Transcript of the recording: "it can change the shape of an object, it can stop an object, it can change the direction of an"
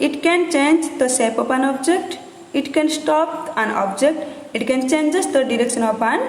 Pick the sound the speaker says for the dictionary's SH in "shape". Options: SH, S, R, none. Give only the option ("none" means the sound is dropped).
S